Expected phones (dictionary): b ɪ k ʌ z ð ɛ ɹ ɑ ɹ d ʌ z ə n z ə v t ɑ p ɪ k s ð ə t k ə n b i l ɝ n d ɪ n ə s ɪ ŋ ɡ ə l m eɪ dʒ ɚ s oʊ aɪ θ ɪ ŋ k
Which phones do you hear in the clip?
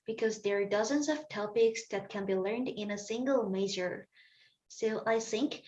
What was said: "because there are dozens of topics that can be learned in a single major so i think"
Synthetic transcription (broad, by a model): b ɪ k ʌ z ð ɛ ɹ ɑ ɹ d ʌ z ə n z ə v t ɑ p ɪ k s ð ə t k ə n b i l ɝ n d ɪ n ə s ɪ ŋ ɡ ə l m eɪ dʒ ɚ s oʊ aɪ θ ɪ ŋ k